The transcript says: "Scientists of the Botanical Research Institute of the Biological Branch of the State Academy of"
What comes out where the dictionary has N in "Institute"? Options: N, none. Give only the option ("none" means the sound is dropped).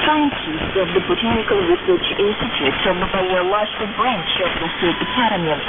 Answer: none